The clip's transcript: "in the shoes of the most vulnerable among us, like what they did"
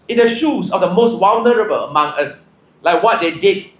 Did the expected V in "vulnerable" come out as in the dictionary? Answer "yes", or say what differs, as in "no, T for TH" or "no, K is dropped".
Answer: no, W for V